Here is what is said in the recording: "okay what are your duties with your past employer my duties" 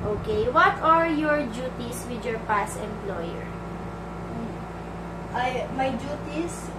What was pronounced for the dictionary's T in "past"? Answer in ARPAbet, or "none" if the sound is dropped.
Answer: none